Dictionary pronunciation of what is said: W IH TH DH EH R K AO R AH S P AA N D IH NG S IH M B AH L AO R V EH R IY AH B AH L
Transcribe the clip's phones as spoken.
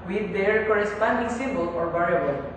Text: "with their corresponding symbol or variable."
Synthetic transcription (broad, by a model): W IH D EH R K AO R AH S P AA N D IH NG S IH B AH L AO R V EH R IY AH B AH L